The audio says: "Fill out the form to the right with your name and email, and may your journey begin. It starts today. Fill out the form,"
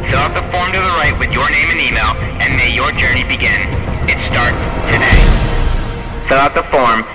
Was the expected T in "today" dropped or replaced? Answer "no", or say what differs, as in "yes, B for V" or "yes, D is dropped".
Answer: no